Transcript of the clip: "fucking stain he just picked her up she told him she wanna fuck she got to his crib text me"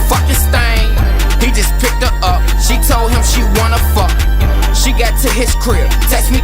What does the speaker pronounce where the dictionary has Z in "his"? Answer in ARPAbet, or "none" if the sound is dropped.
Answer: S